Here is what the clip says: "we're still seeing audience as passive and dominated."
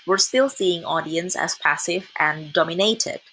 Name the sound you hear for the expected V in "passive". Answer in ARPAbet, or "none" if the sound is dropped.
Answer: V